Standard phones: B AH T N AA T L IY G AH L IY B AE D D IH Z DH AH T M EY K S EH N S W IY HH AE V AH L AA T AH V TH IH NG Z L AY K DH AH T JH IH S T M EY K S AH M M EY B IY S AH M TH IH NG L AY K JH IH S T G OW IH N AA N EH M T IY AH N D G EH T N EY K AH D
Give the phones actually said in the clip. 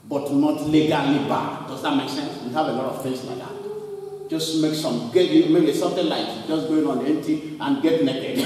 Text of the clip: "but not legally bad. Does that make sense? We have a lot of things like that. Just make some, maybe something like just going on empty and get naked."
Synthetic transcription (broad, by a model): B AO T N AA T L IY G AH L IY B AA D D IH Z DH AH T M EY K S EH N S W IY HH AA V AH L AA T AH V F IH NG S L AY K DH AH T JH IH S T M EY K S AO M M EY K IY S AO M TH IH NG L AY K JH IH S G OW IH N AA N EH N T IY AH N G EH T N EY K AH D